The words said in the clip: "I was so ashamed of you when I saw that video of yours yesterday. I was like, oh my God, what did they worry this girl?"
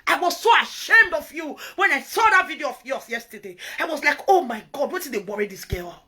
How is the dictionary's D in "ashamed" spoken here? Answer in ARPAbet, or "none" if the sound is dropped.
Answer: D